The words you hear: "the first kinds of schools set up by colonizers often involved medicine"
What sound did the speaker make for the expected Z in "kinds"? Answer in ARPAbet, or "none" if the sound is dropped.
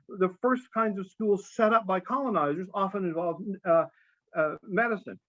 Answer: Z